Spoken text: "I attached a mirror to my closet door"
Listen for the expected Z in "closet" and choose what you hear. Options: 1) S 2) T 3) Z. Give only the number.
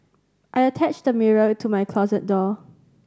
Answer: 3